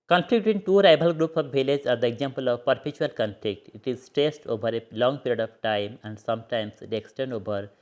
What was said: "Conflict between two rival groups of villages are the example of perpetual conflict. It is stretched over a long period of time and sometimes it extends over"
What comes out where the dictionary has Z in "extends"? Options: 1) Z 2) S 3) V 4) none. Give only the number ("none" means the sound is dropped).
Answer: 4